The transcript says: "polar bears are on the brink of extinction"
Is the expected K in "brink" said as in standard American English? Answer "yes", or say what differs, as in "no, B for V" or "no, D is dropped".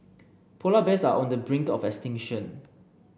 yes